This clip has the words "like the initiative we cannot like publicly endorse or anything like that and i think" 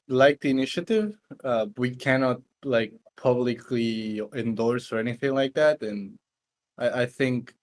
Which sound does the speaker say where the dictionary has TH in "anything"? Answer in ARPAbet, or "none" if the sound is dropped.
TH